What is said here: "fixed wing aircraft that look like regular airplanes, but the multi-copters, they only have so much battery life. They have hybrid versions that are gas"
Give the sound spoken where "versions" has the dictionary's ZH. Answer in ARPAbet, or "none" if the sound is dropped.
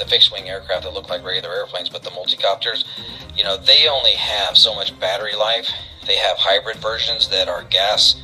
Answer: ZH